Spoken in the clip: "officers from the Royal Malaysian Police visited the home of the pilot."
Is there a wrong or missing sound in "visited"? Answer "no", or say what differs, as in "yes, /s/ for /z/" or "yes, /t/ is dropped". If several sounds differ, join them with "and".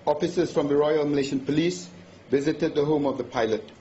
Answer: no